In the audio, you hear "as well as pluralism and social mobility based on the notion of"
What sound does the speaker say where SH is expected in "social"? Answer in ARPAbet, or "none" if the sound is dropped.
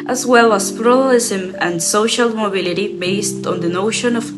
SH